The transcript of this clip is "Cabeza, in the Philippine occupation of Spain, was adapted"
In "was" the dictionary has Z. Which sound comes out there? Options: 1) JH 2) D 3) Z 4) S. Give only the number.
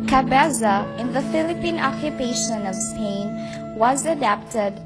3